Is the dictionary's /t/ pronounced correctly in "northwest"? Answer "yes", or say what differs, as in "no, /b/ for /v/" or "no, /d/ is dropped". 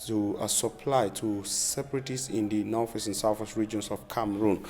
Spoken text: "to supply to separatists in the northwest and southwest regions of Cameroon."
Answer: no, /t/ is dropped